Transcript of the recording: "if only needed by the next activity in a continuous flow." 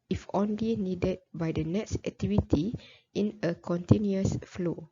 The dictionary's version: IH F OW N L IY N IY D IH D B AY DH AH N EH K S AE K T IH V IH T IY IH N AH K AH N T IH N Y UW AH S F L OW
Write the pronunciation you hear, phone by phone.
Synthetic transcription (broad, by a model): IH F OW N L IY N IY D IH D B AY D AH N EH K S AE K T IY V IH T IY IH N AH K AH N T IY N Y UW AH S F L OW